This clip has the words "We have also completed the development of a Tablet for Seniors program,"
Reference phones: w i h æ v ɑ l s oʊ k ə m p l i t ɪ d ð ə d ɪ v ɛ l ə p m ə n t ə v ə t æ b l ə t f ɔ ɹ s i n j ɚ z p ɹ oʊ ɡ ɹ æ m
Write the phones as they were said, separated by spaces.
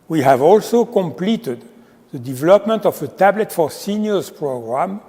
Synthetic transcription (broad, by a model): w i h æ v ɑ l s oʊ k ə m p l i t ɪ d ð ə d ɪ v ɛ l ə p m ə n t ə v ə t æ b l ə t f ɔ ɹ s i n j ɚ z p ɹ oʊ ɡ ɹ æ m